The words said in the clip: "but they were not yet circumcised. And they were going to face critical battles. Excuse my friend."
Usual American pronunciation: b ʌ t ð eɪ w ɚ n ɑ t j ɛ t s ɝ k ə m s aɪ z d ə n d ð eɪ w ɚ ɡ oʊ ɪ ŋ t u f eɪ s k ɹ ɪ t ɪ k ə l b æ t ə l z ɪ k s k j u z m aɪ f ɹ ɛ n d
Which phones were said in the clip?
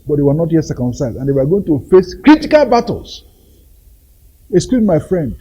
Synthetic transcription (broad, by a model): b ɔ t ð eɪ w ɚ n ɑ t j ɛ t s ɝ k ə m s aɪ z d ə n d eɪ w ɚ ɡ oʊ ɪ ŋ t u f eɪ s k ɹ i t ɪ k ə l b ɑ t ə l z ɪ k s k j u m aɪ f ɹ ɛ n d